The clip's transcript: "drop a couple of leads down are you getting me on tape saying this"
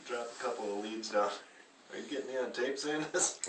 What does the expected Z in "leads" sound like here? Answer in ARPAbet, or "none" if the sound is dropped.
Z